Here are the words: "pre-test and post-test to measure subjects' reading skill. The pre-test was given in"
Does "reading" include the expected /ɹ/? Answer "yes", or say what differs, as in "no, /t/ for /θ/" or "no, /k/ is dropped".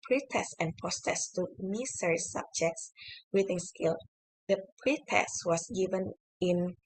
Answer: no, /w/ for /ɹ/